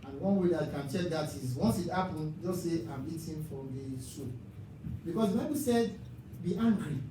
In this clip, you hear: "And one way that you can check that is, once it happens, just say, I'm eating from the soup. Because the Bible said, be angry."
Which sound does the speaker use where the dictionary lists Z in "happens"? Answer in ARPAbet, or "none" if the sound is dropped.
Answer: none